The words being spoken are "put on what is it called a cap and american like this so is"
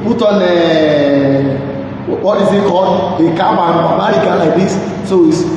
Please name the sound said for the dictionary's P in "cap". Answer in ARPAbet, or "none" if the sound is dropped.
B